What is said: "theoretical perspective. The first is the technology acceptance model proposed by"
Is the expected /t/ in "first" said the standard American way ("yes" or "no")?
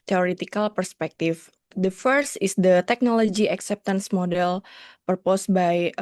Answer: yes